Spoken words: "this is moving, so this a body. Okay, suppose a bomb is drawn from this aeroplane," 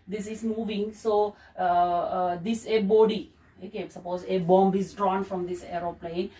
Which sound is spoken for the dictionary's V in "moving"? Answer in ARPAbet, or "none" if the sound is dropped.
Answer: V